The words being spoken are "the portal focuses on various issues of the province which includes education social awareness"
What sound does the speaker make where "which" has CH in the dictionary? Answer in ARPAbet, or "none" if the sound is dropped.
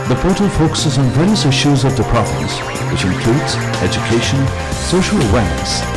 CH